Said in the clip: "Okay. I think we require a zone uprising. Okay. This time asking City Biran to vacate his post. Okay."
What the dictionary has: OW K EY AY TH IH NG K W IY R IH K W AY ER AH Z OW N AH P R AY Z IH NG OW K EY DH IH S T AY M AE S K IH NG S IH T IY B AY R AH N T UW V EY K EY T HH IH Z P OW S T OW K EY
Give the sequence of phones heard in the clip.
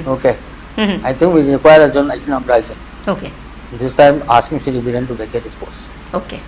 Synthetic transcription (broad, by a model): OW K EY AY T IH NG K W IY R IH K W AY ER AH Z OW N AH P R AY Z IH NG OW K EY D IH S T AY M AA S K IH NG S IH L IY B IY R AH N T UW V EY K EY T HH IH S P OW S OW K EY